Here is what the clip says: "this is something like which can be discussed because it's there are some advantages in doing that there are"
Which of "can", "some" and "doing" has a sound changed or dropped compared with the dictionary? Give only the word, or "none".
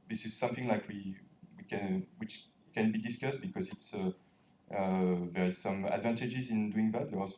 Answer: none